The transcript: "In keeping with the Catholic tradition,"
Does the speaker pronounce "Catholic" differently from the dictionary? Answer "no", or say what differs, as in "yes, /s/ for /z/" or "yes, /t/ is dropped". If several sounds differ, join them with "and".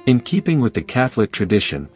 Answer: no